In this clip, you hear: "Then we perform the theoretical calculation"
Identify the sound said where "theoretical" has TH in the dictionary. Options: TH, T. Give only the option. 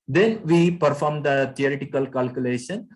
T